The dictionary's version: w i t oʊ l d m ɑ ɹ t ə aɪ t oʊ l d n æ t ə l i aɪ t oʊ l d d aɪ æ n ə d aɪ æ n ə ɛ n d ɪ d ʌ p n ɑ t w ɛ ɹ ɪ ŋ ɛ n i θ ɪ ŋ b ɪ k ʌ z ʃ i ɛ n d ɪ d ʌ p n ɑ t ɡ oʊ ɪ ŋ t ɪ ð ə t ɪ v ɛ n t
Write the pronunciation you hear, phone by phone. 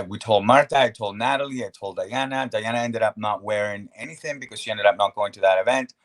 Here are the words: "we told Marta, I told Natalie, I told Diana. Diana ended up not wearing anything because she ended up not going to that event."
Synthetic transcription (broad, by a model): w i t oʊ l d m ɑ ɹ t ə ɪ t oʊ l d n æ t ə l i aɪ t oʊ l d d aɪ æ n ə d aɪ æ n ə ɛ n d ɪ d ʌ p n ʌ t w ɛ ɹ ɪ ŋ ɛ n i θ ɪ ŋ b ɪ k ʌ z ʃ i ɛ n d ɪ d ʌ p n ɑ t ɡ oʊ ɪ ŋ t ɪ ð ə t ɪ v ɛ n t